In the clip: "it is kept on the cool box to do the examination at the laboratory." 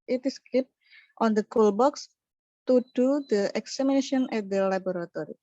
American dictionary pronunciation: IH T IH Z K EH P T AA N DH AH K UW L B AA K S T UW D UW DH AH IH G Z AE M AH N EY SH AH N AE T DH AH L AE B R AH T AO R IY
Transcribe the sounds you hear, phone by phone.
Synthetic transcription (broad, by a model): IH T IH S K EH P T AA N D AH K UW L B AA K S T UW D UW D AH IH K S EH M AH N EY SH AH N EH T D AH L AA B R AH T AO R IY